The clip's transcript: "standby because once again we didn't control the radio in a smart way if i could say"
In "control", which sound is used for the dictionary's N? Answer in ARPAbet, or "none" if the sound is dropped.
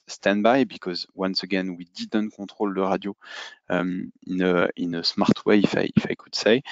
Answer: none